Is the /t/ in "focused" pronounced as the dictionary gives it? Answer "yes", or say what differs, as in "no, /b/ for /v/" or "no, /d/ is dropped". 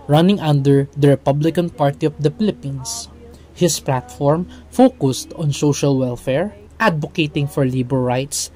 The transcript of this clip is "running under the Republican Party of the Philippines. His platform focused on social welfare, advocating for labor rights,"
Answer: yes